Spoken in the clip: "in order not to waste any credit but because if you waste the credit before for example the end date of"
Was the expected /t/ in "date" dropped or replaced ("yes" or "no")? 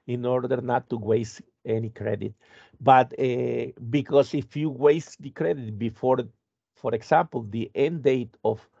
no